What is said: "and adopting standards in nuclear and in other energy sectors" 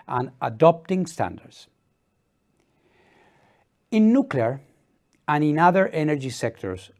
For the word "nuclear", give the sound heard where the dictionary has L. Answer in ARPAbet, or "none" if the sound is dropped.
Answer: L